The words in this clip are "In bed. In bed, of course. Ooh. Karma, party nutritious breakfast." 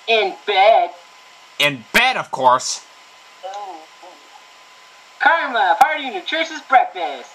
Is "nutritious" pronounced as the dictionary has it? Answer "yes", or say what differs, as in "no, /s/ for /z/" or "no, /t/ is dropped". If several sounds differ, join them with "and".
no, /s/ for /ʃ/